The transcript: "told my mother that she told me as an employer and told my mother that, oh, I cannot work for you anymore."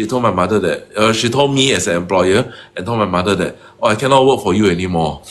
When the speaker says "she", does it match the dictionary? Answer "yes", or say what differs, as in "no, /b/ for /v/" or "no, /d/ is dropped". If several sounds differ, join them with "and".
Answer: yes